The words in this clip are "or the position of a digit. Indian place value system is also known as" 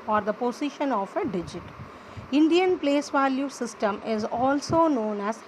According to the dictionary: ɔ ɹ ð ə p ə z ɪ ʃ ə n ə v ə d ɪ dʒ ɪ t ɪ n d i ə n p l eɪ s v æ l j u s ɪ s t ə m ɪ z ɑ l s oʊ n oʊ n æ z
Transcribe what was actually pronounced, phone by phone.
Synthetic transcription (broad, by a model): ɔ ɹ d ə p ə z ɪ ʃ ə n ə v ə d ɪ dʒ ɪ t ɪ n d i ə n p l eɪ s v æ l j u s ɪ s t ə m ɪ z ɑ l s oʊ n oʊ n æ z